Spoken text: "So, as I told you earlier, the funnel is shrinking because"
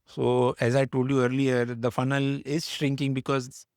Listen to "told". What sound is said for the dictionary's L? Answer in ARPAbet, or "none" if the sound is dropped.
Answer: L